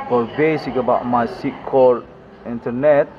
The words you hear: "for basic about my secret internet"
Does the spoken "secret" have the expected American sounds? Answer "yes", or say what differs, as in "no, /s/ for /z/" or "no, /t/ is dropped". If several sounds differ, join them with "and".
no, /ɹ/ is dropped